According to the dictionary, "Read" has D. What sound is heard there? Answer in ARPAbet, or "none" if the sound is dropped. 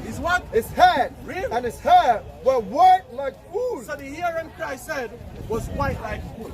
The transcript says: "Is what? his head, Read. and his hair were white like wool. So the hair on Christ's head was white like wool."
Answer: none